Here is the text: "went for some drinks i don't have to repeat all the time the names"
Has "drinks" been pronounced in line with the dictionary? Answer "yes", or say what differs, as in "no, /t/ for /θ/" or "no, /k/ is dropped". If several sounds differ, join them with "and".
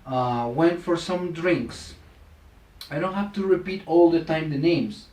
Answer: yes